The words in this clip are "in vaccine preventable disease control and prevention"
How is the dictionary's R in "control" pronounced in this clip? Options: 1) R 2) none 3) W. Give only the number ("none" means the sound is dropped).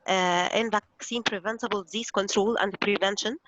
1